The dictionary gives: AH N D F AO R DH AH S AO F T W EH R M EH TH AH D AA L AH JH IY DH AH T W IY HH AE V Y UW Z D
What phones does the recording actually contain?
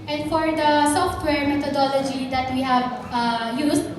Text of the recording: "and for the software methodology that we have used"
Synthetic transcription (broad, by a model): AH N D F AO R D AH S AO F T W EH R M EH T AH D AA L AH JH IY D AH T W IY HH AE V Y UW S